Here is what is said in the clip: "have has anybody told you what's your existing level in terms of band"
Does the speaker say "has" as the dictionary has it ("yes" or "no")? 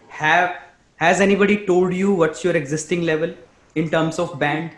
yes